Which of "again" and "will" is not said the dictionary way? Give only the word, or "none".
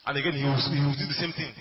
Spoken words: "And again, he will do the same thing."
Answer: will